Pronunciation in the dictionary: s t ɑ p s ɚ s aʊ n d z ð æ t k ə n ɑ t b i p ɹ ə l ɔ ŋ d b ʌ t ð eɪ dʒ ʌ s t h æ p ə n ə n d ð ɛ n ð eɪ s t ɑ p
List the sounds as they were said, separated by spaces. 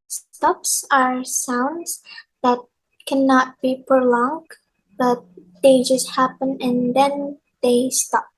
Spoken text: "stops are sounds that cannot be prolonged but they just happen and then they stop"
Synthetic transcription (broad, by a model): s t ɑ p s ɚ s aʊ n d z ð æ t k ə n ɑ t b i p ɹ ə l ɔ ŋ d b ʌ t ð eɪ dʒ ʌ s t h æ p ə n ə n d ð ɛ n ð eɪ s t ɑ p